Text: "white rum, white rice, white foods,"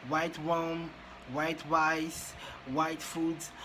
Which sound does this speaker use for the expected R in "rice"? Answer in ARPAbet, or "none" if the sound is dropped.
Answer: W